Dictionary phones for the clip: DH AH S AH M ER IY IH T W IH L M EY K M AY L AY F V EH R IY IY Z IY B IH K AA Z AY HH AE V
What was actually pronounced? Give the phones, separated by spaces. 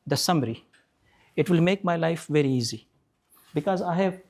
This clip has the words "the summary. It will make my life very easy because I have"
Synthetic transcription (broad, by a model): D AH S AH M ER IY IH T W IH L M EY K M AY L AY F V EH R IY IY Z IY B IH K AA Z AY HH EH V